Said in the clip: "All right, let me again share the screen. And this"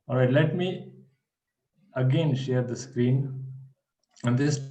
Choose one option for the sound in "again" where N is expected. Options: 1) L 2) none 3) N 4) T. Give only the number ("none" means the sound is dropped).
3